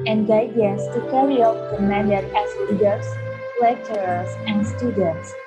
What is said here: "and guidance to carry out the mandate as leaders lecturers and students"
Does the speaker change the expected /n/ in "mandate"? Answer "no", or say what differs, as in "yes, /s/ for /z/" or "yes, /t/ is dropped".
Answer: yes, /n/ is dropped